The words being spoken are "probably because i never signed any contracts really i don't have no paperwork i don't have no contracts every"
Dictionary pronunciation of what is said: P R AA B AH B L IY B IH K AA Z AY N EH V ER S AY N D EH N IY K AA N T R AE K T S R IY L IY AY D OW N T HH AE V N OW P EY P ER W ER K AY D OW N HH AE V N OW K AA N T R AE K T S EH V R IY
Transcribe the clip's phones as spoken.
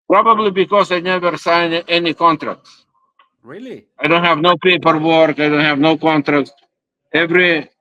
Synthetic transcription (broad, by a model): P R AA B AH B L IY B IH K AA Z AY N EH V ER S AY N EH N IY K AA N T R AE K T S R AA IY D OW N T HH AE V N OW P EY P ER W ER K AY D OW N HH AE V N OW K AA N T R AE K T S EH V R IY